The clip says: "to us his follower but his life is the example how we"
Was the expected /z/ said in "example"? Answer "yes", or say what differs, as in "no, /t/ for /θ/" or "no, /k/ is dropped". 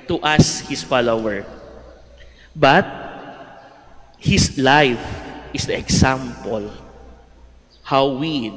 no, /s/ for /z/